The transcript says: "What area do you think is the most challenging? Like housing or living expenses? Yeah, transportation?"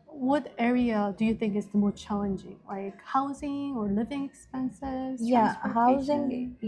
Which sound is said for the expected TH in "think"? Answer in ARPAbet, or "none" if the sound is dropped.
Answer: TH